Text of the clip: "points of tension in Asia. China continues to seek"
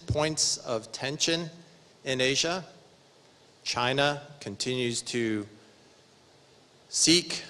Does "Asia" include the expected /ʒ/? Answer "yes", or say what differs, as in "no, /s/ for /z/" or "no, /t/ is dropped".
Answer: yes